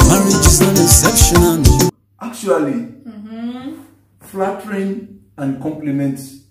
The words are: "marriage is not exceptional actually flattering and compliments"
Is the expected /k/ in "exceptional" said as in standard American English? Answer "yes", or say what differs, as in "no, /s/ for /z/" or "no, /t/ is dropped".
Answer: no, /k/ is dropped